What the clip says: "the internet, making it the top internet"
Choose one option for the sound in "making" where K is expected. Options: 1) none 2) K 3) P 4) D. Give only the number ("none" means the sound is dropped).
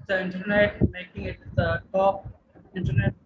2